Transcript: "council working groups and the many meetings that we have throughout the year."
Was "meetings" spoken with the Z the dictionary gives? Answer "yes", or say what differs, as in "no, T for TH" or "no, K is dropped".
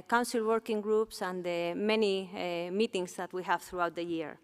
no, S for Z